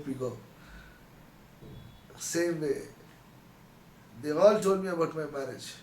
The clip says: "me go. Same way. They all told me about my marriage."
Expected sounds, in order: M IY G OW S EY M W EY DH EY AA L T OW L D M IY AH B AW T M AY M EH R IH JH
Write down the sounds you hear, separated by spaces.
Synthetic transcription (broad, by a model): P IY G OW S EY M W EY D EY AA L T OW D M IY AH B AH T M AY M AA R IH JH